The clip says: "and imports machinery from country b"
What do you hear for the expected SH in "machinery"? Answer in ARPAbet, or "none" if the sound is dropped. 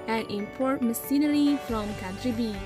S